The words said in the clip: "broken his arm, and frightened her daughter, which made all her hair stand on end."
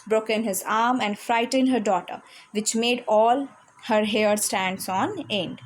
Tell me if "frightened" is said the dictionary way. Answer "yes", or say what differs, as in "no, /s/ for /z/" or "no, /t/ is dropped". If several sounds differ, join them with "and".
yes